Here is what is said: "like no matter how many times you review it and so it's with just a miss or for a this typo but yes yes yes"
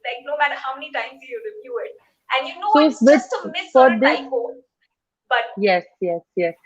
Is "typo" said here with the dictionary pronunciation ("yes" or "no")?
no